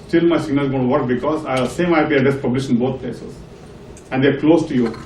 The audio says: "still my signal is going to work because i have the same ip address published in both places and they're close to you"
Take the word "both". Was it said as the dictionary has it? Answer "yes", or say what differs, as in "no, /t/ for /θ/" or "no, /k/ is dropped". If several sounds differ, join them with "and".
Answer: no, /t/ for /θ/